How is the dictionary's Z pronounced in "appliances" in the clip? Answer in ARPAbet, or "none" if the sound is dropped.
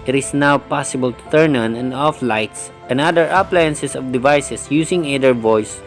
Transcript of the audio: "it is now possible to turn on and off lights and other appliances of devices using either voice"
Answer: S